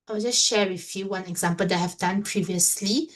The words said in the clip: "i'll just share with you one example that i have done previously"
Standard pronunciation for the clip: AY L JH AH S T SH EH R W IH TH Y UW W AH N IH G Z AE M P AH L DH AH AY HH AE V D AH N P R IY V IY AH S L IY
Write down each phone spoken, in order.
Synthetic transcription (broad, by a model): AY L JH AH S T SH EH R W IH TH Y UW W AH N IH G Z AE M P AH L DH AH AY HH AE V D AH N P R IY V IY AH S L IY